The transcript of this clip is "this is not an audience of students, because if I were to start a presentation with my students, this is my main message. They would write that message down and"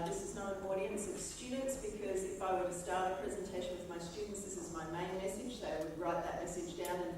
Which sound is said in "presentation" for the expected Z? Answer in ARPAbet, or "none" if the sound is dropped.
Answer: Z